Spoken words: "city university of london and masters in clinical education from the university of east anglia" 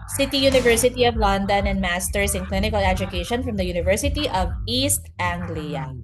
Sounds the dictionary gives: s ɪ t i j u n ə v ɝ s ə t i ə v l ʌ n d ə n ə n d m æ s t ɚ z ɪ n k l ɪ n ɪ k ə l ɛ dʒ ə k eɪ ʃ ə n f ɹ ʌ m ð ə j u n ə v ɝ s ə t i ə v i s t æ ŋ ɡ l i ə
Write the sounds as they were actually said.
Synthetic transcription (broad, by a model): s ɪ t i j u n ə v ɝ s ə t i ə v l ʌ n d ə n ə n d m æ s t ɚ s ɪ n k l ɪ n ɪ k ə l ɛ dʒ ə k eɪ ʃ ə n f ɹ ʌ m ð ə j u n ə v ɝ s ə t i ə v i s t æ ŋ ɡ l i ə